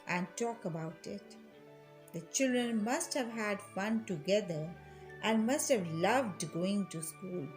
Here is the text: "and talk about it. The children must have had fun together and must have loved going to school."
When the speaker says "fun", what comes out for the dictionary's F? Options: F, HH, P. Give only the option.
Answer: F